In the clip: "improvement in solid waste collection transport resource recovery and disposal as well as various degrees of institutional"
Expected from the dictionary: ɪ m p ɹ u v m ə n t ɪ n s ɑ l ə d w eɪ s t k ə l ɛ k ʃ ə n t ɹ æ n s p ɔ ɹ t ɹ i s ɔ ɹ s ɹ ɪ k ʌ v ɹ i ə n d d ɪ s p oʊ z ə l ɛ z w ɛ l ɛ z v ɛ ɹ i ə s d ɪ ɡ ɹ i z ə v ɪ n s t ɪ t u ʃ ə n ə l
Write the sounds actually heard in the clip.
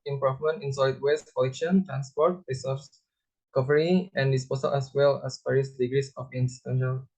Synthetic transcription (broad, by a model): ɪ m p ɹ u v m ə n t ɪ n s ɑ ə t w eɪ s t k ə l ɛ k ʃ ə n t ɹ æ n s p ɔ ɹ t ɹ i s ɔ s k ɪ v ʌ ɹ i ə n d d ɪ s p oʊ s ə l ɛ s w ɛ l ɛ s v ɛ ɹ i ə s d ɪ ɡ ɹ i s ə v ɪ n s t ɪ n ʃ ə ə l